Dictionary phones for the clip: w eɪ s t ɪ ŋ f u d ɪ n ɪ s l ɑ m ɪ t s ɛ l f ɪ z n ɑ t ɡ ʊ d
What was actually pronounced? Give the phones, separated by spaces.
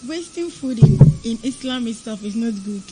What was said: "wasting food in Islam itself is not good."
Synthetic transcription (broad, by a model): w eɪ s t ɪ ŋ f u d ɪ n ɪ s l ɑ m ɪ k s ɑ f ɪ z n ɑ t ɡ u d